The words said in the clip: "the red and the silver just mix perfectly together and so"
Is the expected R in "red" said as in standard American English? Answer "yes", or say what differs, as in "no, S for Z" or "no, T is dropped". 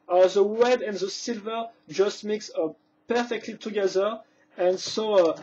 no, W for R